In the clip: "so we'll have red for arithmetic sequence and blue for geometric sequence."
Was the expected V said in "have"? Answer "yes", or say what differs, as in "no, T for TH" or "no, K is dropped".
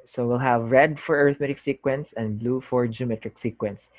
yes